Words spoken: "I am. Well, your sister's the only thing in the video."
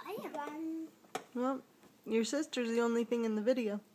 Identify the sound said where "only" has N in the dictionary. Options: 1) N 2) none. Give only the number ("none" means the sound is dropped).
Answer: 1